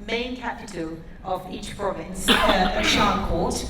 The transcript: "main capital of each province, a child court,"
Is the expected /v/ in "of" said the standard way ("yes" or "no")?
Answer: yes